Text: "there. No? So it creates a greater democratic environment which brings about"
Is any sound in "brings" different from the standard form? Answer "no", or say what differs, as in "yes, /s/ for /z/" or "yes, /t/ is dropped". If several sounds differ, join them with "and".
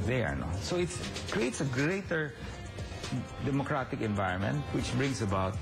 yes, /s/ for /z/